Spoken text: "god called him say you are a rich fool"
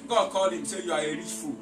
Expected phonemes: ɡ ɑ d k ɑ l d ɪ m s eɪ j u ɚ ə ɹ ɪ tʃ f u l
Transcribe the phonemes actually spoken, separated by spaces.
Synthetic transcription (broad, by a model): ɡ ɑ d k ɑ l ɪ m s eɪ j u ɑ ə ɹ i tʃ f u